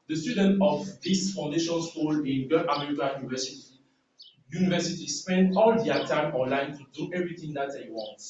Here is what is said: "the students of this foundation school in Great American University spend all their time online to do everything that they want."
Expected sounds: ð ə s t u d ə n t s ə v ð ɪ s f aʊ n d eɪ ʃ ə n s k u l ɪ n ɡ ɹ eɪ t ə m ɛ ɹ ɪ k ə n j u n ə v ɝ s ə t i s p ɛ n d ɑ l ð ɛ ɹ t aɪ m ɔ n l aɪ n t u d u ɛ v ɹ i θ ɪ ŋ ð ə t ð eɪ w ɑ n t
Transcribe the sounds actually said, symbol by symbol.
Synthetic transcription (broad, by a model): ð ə s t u d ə n t ə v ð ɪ s f aʊ n d eɪ ʃ ə n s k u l ɪ n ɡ eɪ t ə m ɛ ɹ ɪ k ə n j u n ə v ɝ s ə t i s p ɛ n d ɑ l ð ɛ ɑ t aɪ m ɔ n l aɪ n t u d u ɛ v ɹ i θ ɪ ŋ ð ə t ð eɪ w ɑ n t